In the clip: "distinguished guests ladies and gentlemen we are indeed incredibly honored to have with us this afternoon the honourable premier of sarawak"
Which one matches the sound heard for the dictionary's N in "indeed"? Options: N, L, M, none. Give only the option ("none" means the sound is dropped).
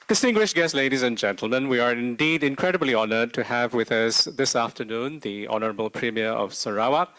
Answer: N